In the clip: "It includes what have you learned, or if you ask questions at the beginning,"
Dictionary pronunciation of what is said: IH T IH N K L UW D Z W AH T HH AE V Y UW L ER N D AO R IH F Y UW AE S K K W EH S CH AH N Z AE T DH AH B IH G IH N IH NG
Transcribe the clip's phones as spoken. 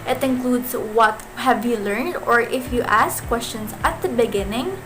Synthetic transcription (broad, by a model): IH T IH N K L UW D S W AH T HH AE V Y UW L ER N D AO R IH F Y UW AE S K K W EH S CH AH N S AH T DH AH B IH G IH N IH NG